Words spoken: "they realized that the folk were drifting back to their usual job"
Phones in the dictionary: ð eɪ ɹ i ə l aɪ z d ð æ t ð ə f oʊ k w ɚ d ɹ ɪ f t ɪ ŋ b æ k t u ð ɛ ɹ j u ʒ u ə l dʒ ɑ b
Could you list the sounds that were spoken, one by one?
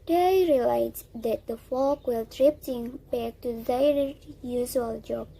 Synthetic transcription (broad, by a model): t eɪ ɹ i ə l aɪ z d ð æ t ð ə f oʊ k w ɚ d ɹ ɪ p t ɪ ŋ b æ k t u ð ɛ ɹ j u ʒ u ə l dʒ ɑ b